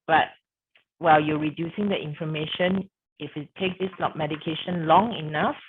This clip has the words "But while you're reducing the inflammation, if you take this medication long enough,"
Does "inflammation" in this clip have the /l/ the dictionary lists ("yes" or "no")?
no